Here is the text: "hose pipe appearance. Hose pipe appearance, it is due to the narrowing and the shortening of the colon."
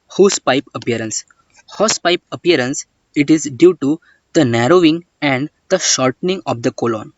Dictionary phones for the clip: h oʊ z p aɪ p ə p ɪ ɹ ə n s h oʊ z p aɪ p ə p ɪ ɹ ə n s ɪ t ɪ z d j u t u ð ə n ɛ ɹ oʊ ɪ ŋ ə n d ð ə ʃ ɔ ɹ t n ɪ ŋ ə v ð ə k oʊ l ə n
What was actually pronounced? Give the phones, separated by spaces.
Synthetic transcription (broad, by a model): h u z p aɪ p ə p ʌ ɹ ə n s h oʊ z p aɪ p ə p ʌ ɹ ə n s ɪ t ɪ z d j u t u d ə n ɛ ɹ oʊ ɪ ŋ ə n d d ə ʃ ɔ ɹ t n ɪ ŋ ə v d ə k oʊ l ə n